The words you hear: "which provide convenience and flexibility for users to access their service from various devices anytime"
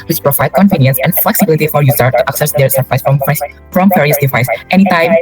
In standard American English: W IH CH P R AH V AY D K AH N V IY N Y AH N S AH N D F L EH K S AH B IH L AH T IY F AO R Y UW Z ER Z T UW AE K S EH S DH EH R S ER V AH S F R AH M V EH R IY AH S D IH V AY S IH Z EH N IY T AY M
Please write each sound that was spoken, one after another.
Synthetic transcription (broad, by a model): W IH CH P R AH V AY D K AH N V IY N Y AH N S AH N F L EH K S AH B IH L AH T IY F AO R Y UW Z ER T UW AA K S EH S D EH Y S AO F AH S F R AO M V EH R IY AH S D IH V AY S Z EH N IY T AY M